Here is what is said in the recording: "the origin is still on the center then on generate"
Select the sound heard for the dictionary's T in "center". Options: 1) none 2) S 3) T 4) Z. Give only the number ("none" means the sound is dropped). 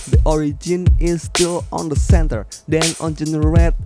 3